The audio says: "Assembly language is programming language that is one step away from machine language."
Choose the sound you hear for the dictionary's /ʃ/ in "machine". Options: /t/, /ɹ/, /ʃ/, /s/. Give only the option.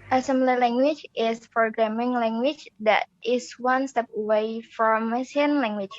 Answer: /s/